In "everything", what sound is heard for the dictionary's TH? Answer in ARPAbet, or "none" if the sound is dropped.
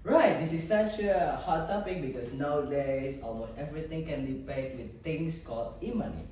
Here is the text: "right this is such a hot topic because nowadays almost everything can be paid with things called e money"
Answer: T